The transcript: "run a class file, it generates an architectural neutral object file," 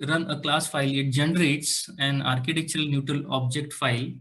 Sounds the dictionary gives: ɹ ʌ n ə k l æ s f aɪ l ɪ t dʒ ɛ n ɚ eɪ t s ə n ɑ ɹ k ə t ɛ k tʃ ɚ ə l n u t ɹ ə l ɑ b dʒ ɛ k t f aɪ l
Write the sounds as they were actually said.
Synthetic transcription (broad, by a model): ɹ ʌ n ə k l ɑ s f aɪ l ɪ t dʒ ɛ n ɚ eɪ t s ə n ɑ ɹ k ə t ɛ k tʃ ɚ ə l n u t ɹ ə l ɑ b dʒ ɛ k t f aɪ l